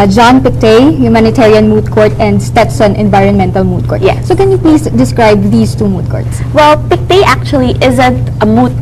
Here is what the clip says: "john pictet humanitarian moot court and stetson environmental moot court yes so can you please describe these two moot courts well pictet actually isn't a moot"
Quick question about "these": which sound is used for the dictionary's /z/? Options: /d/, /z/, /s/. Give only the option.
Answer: /s/